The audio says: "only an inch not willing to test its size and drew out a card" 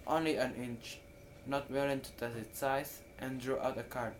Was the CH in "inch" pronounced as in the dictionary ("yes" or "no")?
yes